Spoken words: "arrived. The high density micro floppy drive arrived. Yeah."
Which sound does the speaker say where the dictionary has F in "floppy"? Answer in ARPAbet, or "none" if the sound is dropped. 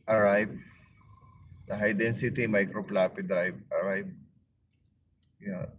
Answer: P